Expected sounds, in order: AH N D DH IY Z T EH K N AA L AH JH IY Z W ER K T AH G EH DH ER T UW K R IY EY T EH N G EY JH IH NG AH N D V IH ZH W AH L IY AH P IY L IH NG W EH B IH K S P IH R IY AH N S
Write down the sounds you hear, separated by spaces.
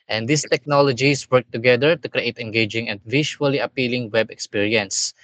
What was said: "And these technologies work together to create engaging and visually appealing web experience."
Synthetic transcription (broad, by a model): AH N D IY S T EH K N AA L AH JH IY S W ER K T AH G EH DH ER T UW K R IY EY T EH N G EY JH IH NG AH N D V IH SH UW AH L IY AH P IY L IH NG W EH B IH K S P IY R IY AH N S